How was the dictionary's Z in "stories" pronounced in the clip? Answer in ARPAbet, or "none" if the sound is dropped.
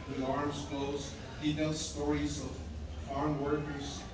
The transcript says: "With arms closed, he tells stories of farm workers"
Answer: Z